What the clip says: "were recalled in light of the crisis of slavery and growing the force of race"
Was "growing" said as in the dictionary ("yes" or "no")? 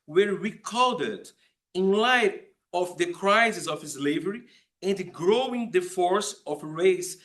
yes